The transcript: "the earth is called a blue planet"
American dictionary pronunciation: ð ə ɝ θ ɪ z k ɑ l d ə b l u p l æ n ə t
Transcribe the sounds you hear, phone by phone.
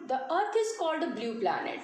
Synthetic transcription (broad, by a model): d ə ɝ t ɪ z k ɑ l d ə b l u p l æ n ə t